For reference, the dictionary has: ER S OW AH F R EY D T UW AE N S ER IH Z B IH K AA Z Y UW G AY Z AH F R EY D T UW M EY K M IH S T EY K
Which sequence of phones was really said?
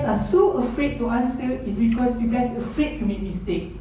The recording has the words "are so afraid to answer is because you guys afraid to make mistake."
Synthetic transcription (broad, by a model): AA S OW AH F R EY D T UW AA N S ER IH S B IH K AA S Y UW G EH S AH F R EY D T UW M EY K M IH S T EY K